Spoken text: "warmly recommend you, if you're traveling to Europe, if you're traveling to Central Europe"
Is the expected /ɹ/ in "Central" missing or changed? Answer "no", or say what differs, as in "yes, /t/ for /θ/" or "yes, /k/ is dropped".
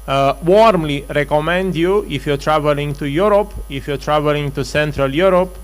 no